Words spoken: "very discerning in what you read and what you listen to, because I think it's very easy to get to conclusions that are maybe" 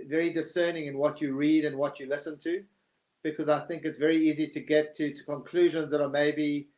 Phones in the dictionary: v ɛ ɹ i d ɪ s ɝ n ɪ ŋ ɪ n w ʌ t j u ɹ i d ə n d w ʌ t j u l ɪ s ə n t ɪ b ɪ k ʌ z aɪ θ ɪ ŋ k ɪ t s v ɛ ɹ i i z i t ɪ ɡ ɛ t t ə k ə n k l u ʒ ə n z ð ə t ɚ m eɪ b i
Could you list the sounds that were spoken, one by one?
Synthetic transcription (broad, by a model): v ɛ ɹ i d ɪ s ɝ n ɪ ŋ ɪ n w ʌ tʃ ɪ ɹ i d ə n w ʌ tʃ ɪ l ɪ s ə n t ɪ b ɪ k ʌ z aɪ θ ɪ ŋ k ɪ t s v ɛ ɹ i i z i t ɪ ɡ ɛ t t ə k ə n k l u ʒ ə n z ð ə t ɚ m eɪ b i